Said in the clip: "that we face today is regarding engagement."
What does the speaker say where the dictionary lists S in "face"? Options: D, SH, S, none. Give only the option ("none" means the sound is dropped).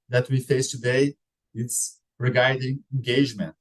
S